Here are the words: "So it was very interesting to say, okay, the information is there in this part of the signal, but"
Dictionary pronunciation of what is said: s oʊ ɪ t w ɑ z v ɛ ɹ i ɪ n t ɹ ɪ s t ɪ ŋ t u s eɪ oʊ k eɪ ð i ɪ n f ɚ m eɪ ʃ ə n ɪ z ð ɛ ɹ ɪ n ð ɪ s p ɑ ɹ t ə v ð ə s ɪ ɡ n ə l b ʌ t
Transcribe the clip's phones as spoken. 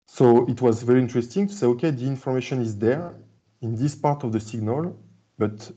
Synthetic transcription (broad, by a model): s oʊ ɪ t w ɑ z v ɛ ɹ i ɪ n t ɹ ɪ s t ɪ ŋ t u s eɪ oʊ k eɪ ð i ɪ n f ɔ m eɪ ʃ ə n ɪ z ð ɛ ɹ ɪ n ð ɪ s p ɑ ɹ t ə v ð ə s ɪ ɡ n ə l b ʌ t